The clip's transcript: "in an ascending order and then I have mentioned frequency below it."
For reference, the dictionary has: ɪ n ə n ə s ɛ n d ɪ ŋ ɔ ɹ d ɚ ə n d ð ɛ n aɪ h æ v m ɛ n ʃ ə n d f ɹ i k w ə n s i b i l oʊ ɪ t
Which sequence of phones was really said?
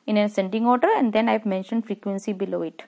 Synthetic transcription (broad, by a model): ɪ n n ə s ɛ n d ɪ ŋ ɔ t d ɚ ə n d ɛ n aɪ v m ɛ n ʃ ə n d f ɹ i k w ə n s i b i l oʊ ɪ t